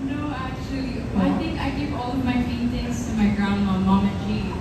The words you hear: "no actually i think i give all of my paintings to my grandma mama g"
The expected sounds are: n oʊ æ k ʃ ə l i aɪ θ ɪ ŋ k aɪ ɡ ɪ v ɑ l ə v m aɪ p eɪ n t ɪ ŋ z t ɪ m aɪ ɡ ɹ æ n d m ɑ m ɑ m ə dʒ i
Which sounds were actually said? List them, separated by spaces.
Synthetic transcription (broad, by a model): n oʊ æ k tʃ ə l i aɪ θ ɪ ŋ k aɪ ɡ ɪ v ɑ l ə v m aɪ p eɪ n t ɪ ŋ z t ɪ m aɪ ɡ ɹ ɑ n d ɑ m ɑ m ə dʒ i